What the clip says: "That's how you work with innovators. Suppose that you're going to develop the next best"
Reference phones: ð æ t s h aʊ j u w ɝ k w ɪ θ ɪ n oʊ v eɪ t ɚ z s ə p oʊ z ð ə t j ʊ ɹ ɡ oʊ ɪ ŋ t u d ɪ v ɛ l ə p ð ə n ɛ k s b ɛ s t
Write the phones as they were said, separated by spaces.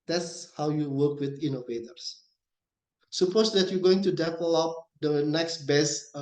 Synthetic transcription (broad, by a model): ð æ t s h aʊ j u w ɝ k w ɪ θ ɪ n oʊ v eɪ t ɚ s s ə p oʊ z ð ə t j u ɡ oʊ ɪ ŋ t u d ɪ p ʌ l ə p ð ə n ɛ k s b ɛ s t